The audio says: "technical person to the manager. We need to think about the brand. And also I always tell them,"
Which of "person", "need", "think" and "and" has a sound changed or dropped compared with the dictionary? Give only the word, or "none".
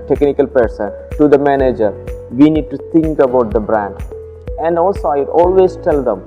think